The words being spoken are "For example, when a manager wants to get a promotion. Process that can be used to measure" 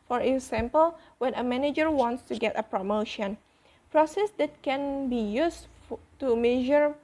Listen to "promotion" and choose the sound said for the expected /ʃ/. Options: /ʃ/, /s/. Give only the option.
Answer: /ʃ/